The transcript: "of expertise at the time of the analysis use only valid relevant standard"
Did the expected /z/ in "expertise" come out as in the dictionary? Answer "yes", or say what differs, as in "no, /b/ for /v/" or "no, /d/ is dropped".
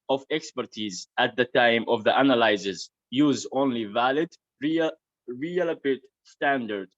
yes